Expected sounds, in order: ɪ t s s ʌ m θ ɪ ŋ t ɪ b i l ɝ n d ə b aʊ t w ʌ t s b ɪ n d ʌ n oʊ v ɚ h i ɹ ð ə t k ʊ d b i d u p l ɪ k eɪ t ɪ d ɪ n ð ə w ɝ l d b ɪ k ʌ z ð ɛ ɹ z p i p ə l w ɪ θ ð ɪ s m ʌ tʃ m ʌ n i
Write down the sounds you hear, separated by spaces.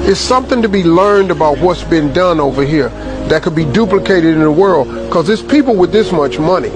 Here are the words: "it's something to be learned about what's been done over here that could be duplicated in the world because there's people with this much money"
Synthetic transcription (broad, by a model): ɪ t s s ʌ m θ ɪ ŋ t ɪ b i l ɝ n d ə b aʊ t w ʌ t s b ɪ n d ʌ n oʊ v ɚ h i ɹ ð ə t k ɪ d b i d u p l ɪ k eɪ t ɪ d ɪ n ð ə w ɝ l d k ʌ z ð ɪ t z p i p l w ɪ ð ɪ s m ʌ tʃ m ʌ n i